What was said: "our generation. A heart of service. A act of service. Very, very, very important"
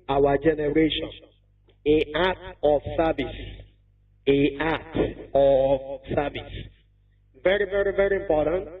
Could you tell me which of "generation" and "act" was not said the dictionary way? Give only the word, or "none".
act